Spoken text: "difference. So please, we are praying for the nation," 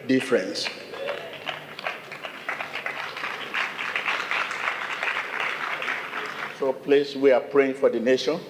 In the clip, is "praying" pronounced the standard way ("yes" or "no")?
yes